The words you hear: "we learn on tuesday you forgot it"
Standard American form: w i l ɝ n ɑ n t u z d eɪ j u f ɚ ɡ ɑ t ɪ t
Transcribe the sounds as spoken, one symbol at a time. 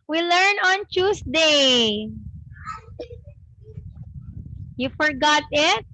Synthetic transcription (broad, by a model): w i l ɝ n ɑ n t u s d eɪ j u f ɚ ɡ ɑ t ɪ t